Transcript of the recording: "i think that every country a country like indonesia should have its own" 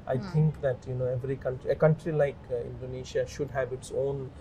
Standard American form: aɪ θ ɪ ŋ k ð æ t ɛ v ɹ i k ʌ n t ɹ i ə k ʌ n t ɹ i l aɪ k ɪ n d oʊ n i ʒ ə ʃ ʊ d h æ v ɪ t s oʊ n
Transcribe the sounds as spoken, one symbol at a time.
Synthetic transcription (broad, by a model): aɪ t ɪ ŋ k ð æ t ɛ v ɹ i k ʌ n t ɹ i ə k ʌ n t ɹ i l aɪ k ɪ n d oʊ n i ʃ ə ʃ ʊ d h æ v ɪ t s oʊ n